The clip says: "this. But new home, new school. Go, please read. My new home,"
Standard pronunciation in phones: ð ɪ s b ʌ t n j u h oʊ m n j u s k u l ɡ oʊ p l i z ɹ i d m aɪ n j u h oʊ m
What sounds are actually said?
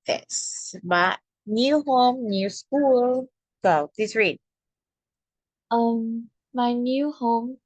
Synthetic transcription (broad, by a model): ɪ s b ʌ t n j u h oʊ m n j u s k u l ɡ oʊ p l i s ɹ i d m aɪ n j u h oʊ m